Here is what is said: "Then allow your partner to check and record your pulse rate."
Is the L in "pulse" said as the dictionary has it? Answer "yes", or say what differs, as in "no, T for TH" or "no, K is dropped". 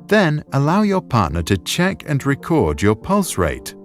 yes